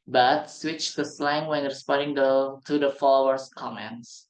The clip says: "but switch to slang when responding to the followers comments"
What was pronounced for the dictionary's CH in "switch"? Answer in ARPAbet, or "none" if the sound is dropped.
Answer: CH